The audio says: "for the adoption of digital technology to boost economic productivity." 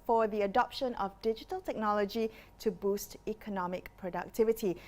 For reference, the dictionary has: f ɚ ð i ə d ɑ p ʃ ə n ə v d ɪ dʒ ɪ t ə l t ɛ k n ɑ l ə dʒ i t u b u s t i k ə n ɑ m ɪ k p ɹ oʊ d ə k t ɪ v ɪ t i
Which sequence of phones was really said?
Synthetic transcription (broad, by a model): f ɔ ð i ə d ɑ p ʃ ə n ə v d ɪ dʒ ɪ t ə l t ɛ k n ɑ l ə dʒ i t u b u s t i k ə n ɑ m ɪ k p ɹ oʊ d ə k t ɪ v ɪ t i